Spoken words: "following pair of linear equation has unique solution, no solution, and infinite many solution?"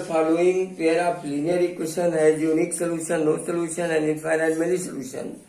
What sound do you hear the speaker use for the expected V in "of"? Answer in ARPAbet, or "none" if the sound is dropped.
P